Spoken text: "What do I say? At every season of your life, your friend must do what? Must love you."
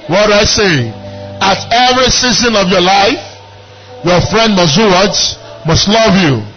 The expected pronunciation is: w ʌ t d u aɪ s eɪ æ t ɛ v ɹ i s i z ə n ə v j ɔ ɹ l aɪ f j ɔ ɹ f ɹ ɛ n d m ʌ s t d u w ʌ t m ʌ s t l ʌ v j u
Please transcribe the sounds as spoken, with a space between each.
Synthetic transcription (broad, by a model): w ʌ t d aɪ s eɪ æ t ɛ v ɹ i s i z ə n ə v j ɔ l aɪ f j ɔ f ɹ ɛ n d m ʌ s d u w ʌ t m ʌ s t l ʌ v j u